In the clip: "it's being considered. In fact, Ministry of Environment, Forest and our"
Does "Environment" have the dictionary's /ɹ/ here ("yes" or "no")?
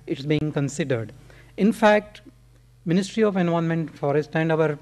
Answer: no